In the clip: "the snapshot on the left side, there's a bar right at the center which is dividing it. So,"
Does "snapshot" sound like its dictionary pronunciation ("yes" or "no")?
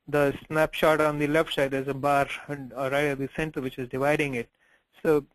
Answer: yes